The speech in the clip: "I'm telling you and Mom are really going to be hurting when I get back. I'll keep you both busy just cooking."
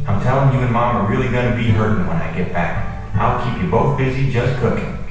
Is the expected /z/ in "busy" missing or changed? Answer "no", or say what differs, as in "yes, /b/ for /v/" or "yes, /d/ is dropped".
no